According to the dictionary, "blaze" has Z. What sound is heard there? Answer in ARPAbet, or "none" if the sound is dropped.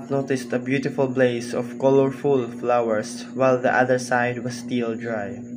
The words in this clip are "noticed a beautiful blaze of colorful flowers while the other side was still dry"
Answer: S